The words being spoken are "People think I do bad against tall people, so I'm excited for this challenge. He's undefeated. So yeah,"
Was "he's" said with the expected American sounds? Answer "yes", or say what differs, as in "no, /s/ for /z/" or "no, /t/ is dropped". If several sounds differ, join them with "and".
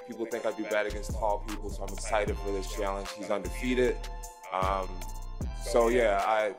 yes